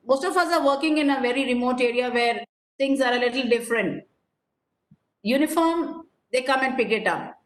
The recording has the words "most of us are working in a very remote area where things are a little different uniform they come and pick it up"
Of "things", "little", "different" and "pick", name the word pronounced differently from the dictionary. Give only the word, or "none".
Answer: things